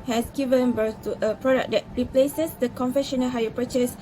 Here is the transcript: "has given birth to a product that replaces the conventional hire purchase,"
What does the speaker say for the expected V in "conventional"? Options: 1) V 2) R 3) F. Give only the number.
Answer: 3